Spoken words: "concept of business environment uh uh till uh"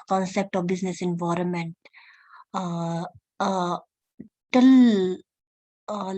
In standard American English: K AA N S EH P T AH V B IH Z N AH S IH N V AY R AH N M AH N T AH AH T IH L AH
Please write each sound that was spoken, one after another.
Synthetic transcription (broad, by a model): K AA N S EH P T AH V B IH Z N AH S IH N V AY R AH N M AH N T T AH L